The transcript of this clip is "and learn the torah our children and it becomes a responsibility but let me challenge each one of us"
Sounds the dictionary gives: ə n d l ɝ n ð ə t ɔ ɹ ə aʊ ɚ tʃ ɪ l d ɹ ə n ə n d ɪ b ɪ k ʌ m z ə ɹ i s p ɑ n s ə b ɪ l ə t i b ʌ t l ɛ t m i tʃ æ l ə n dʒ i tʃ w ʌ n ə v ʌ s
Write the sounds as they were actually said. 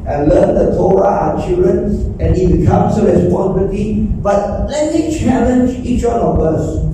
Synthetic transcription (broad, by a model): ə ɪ l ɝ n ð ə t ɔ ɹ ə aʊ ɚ tʃ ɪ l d ɹ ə n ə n ɪ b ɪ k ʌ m s ə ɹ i s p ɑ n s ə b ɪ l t i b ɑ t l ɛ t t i tʃ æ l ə n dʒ i tʃ w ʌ n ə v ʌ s